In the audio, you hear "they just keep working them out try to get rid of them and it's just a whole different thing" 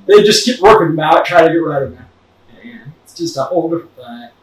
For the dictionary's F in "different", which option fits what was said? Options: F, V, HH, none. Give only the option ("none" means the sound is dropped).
none